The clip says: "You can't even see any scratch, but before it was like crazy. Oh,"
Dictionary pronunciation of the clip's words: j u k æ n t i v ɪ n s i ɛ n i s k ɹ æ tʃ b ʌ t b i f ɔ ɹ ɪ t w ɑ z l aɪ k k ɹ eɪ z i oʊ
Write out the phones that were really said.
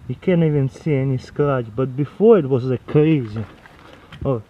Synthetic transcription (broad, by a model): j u k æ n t i v ɪ n s i ɛ n i s k l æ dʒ b ʌ t b i f ɔ ɹ ɪ t w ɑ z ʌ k k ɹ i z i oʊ